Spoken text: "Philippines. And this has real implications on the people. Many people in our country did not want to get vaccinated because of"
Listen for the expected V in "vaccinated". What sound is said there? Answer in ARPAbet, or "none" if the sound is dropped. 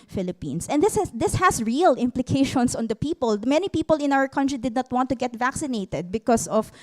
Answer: V